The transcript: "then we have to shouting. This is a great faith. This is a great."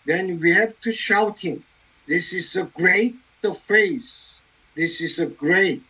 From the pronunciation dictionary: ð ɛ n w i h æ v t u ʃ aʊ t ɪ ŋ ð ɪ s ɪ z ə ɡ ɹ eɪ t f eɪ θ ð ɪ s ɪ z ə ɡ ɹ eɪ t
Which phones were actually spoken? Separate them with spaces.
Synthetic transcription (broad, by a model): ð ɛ n w i h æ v t u ʃ aʊ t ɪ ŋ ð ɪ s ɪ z ə ɡ ɹ eɪ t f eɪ s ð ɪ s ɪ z ə ɡ ɹ eɪ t